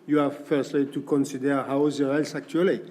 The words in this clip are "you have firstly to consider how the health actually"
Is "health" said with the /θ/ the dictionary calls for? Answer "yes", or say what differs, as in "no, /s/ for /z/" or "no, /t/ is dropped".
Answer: no, /s/ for /θ/